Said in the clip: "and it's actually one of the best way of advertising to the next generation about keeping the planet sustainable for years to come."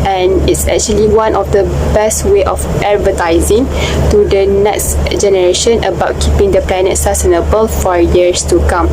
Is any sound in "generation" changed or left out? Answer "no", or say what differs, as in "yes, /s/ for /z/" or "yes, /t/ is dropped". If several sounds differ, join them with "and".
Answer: no